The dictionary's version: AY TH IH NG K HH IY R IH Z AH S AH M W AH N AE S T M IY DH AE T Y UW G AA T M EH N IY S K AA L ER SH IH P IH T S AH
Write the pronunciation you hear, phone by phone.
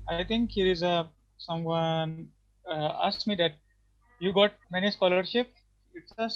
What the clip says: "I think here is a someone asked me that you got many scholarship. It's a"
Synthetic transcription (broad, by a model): AY T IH NG K HH IY R IH Z AH S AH M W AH N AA S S M IY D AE T Y UW G AA T M EH N IY S K AA L ER SH IH P IH T S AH